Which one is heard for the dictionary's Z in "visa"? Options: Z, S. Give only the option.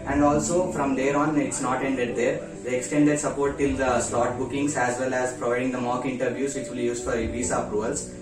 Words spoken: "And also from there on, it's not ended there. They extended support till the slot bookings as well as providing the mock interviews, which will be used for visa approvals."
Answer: S